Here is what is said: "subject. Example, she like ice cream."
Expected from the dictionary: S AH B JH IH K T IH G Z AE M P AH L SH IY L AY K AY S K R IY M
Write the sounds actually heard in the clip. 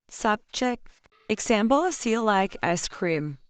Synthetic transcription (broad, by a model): S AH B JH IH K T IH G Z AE M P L S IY L AY K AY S K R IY M